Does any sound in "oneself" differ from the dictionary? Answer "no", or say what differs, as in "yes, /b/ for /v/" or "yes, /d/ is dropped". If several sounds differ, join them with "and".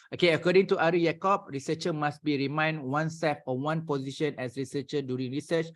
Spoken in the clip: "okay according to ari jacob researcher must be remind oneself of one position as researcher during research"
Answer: yes, /l/ is dropped